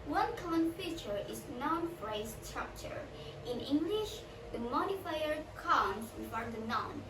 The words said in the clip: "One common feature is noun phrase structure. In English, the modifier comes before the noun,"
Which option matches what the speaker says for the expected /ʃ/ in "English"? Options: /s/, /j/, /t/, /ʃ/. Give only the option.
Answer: /ʃ/